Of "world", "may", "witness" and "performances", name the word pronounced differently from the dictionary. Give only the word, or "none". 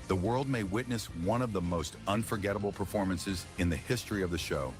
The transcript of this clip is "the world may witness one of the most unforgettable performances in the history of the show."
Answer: none